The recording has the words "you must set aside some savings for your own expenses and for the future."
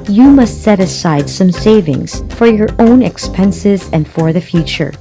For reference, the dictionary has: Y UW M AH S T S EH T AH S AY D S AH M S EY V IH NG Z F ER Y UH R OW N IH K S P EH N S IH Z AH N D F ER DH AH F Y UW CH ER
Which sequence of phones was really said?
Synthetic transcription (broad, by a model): Y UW M AH S T S EH T AH S AY D S AH M S EY V IH NG Z F ER Y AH R OW N IH K S P EH N S IH Z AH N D F ER DH AH F Y UW CH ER